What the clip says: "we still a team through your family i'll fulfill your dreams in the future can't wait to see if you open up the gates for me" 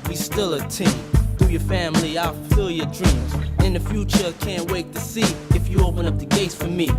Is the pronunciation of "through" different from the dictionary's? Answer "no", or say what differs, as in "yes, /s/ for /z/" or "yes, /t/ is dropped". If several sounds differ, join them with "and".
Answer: yes, /ɹ/ is dropped